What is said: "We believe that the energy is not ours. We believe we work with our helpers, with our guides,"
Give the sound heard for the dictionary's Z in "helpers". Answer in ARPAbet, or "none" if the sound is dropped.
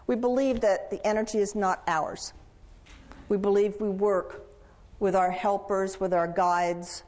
Z